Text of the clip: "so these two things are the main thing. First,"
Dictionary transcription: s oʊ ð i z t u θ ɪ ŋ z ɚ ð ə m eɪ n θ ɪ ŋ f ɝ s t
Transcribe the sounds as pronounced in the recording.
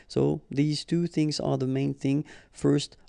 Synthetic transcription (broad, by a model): s oʊ ð i z t u θ ɪ ŋ z ɚ ð ə m eɪ n θ ɪ ŋ f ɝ s t